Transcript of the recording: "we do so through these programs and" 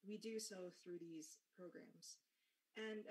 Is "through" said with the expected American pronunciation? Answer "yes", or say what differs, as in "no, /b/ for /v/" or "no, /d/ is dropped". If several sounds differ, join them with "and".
yes